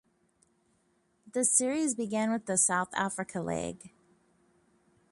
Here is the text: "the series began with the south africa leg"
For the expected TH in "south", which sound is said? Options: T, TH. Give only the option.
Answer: TH